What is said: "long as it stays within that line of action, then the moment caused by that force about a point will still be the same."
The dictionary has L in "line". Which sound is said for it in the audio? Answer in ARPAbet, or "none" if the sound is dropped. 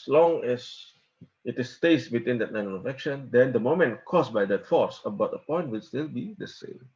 N